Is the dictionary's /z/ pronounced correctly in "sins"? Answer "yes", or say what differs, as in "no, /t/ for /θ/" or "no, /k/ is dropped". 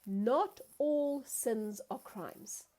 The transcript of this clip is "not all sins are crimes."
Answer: yes